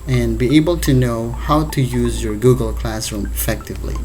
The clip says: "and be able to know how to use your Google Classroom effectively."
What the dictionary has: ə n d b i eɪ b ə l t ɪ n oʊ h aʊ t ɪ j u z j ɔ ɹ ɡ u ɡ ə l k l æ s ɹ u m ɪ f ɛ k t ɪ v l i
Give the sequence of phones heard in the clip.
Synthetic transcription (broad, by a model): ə n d b i eɪ b ə l t ɪ n oʊ h aʊ t ɪ j u z j ɔ ɹ ɡ u ɡ ə l k l æ s ɹ u m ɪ f ɛ k t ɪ v l i